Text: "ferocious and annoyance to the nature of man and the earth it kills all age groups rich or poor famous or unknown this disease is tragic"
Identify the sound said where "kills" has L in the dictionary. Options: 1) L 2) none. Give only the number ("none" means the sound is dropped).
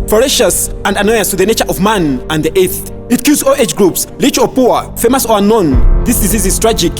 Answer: 2